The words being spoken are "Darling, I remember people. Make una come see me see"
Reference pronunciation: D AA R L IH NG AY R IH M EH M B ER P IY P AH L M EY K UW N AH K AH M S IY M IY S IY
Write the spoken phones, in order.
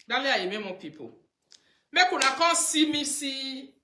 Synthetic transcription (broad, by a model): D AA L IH AY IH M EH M AO P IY P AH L M EY K UW N AH K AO S IY M IY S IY